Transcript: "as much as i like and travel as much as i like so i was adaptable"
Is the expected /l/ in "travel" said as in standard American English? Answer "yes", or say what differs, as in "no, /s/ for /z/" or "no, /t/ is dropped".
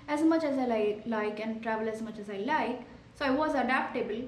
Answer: yes